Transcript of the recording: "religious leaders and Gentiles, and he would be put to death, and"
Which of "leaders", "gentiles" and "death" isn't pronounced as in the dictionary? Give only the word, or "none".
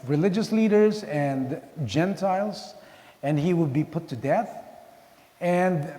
none